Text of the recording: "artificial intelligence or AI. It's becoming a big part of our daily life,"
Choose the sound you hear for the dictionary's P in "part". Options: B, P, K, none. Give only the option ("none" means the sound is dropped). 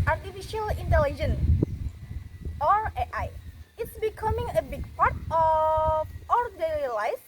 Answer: P